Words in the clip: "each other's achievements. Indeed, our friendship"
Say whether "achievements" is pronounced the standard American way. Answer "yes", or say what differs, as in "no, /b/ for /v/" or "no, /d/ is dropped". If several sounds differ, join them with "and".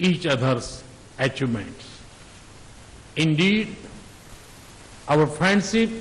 no, /v/ is dropped